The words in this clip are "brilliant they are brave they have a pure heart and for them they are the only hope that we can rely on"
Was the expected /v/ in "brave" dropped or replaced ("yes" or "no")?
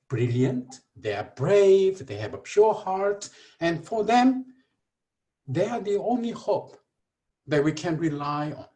no